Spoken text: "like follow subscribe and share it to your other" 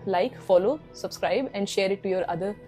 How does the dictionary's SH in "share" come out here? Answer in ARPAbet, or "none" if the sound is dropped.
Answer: SH